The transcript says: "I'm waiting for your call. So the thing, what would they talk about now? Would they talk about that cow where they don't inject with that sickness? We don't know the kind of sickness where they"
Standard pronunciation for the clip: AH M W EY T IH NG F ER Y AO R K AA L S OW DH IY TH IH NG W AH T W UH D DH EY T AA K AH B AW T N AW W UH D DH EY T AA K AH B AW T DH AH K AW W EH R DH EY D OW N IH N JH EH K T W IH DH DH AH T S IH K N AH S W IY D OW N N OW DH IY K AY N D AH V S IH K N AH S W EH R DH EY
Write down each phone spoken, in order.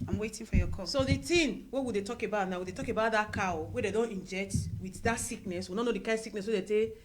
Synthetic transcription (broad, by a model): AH M W EY T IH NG F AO Y AO K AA S OW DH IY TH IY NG W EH W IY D EY T AA K AH B AW T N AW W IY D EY T AA K AH B AW T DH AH K AW W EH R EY D OW N IH N JH EH K T W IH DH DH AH T S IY K N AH S W IY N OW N N OW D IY K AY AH S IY K N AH S W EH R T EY